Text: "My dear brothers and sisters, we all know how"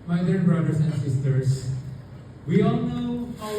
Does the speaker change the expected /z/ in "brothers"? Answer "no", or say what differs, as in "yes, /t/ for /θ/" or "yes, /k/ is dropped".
yes, /s/ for /z/